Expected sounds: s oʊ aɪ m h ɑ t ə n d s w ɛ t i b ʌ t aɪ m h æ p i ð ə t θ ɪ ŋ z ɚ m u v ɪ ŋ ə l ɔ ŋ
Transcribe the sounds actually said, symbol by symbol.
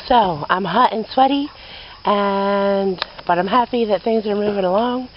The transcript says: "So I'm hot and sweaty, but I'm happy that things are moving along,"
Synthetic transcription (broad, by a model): s oʊ aɪ m h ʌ t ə n s w ɛ t i b ʌ t aɪ m h æ p i ð ə t θ ɪ ŋ z ɚ m u v ɪ ŋ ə l ɔ ŋ